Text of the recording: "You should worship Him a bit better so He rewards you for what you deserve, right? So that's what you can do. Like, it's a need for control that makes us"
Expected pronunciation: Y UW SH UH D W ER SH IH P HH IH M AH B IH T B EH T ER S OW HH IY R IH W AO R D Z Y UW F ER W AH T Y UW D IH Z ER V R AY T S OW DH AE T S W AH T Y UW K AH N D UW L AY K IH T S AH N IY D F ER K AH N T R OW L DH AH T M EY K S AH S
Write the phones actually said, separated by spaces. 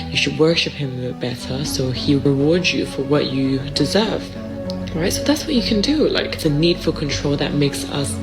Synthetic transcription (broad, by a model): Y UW SH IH D W ER SH IH P HH IH M AH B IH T B EH T ER S OW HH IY R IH W AO R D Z Y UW F ER W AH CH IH D IH Z ER V R AY T S OW DH AE T S W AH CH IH K AH N D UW L AY K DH AH N IY D F ER K AH N T R OW L DH AH T M EY K S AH S